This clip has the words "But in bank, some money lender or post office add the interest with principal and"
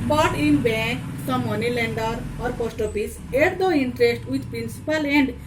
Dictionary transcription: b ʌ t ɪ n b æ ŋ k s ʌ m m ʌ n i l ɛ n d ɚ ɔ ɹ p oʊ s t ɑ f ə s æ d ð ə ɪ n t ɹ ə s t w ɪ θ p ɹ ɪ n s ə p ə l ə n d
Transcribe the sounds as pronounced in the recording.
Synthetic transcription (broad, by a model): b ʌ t ɪ n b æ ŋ k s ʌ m m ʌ n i l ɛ n d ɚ ɔ ɹ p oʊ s t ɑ p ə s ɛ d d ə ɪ n t ɹ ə s t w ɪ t p ɹ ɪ n s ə p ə l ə n d